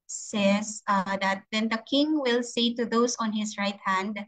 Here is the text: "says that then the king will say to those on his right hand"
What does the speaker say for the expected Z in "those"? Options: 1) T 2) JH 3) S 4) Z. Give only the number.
3